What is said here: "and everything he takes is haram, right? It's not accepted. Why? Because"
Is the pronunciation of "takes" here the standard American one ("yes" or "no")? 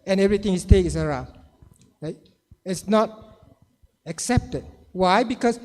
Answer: no